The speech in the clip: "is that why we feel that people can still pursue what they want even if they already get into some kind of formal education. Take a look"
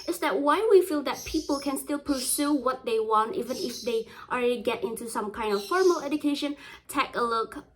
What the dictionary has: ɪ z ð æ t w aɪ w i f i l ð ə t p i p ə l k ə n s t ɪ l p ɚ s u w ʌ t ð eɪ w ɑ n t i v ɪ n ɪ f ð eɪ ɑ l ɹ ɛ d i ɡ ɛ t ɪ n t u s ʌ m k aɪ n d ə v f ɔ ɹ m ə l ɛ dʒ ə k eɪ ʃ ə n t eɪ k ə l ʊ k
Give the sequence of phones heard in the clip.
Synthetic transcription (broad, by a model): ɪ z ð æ t w aɪ w i f i l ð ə t p i p ə l k ə n s t ɪ l p ɚ s u w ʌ t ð eɪ w ɑ n t i v ɪ n ɪ f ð eɪ ɑ l ɹ ɛ d i ɡ ɛ t ɪ n t u s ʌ m k aɪ n d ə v f ɔ ɹ m ə l ɛ dʒ ə k eɪ ʃ ə n t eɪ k ə l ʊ k